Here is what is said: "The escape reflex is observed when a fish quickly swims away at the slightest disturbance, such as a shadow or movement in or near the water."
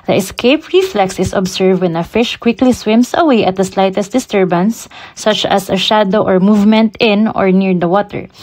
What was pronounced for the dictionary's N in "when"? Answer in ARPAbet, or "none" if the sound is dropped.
N